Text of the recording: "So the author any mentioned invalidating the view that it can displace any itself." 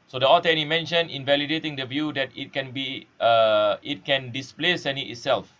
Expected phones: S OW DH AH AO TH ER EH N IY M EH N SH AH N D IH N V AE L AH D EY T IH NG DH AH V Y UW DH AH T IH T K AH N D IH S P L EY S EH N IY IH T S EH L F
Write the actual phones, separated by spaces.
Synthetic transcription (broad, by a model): S OW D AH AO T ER EH N IY M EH N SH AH N IH N V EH L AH D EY T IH NG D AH V Y UW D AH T IH T K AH N D IH S P L EY S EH N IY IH T S EH L F